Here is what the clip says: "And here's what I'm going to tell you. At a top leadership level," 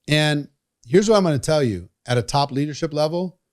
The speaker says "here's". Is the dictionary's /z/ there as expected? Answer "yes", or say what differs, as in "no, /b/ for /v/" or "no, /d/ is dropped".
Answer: yes